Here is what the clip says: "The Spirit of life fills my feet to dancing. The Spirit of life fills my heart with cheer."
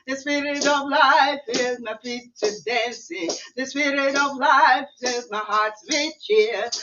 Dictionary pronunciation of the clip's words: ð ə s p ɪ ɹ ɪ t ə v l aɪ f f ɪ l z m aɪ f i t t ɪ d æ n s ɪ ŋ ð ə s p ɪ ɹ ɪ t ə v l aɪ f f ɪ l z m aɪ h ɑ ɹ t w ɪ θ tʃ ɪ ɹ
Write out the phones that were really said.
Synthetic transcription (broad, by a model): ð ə s p ɪ ɹ ɪ t ə v l aɪ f f ɪ z m aɪ p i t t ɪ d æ n s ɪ ð ə s p ɪ ɹ ɪ t ə v l aɪ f f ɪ z m aɪ h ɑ ɹ t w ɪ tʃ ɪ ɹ